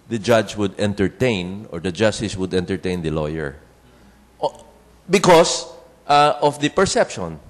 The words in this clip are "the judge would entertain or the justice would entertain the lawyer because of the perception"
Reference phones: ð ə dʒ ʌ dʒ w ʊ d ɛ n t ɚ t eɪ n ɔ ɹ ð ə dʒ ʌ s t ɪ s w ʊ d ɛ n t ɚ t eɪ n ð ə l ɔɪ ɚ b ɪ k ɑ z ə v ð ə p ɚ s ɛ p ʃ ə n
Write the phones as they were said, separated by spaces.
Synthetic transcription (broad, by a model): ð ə dʒ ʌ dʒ w ʊ d ɛ n t ɚ t eɪ n ɔ ɹ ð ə dʒ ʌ s t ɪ s w ʊ d ɛ n t ɚ t eɪ n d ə l ɔɪ ɚ b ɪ k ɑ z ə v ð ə p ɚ s ɛ p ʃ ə n